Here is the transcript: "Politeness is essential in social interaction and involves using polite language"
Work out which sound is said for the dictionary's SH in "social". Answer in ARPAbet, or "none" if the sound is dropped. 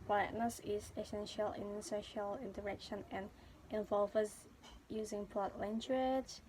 SH